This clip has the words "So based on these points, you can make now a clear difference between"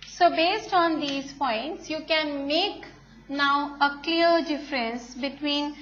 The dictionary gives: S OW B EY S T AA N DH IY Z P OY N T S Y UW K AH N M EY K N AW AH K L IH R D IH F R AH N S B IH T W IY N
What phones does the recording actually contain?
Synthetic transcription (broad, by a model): S OW B EY S T AA N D IY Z P OY N T S Y UW K AH N M EY K N AW AH K L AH R D IH F R AH N S B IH T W IY N